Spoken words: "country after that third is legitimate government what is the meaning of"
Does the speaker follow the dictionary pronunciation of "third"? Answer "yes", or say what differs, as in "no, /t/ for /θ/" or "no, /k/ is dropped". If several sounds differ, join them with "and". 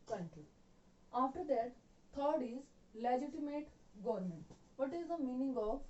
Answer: no, /t/ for /θ/